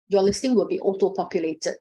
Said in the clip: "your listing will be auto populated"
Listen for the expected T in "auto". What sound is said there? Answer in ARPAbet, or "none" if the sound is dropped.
T